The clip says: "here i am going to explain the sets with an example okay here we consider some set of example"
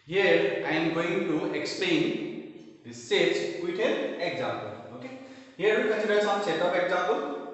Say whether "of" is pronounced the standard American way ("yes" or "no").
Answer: no